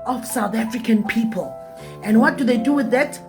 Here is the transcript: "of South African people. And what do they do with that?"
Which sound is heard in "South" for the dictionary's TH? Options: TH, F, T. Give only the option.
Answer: TH